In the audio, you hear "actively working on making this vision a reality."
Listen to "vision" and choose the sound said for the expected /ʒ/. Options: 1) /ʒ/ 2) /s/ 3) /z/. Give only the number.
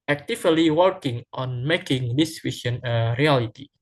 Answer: 2